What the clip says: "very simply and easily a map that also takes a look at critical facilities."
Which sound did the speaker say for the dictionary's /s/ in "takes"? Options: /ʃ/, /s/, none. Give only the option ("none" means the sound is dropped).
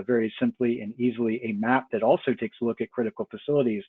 /s/